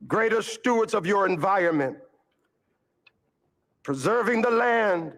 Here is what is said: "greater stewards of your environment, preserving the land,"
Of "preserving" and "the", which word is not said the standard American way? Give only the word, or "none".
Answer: none